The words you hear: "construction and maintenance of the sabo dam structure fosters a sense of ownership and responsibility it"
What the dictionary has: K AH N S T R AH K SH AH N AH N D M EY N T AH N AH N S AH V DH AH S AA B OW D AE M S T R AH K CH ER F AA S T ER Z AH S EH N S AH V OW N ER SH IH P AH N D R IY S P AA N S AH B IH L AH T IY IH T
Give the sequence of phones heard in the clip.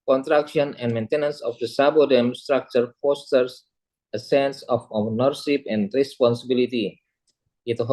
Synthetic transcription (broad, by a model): K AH N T R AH K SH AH N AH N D M EY N T AH N AH N S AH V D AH S AA B OW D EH M S T R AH K CH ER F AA S T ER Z AH S EH N S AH F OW N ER S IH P AH N D R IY S P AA N S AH B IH L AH T IY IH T